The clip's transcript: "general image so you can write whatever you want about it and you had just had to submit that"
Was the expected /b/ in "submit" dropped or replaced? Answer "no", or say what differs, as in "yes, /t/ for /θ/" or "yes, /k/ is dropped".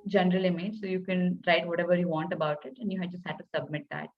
no